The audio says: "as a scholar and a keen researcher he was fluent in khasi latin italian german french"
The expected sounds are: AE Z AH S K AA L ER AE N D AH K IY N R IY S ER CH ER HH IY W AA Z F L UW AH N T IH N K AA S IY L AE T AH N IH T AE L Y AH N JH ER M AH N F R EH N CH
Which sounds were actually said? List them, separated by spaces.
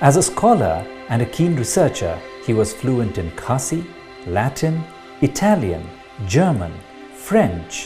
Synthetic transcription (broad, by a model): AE Z AH S K AA L ER AE N D AH K IY N R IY S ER CH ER HH IY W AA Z F L UW AH N T IH N K AA S IY L AE T AH N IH T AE L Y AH N JH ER M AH N F R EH N CH